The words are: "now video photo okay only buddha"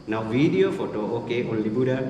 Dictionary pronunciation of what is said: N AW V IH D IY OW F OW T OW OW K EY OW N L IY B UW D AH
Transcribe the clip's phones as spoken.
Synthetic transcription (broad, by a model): N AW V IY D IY OW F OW T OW OW K EY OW L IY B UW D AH